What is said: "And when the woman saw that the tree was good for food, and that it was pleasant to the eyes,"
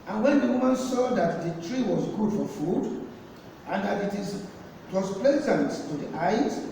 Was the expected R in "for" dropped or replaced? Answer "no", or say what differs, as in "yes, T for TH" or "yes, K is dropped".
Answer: no